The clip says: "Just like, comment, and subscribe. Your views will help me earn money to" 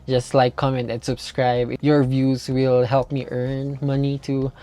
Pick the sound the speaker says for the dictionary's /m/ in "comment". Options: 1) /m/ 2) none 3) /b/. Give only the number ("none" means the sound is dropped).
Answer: 1